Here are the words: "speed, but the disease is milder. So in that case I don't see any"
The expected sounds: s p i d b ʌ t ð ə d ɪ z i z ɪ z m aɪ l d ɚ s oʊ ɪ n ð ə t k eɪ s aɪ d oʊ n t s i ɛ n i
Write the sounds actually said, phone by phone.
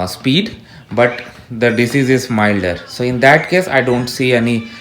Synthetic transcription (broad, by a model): s p i d b ʌ t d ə d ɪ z i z ɪ z m aɪ l d ɚ s oʊ ɪ n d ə t k eɪ s aɪ d oʊ n t s i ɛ n i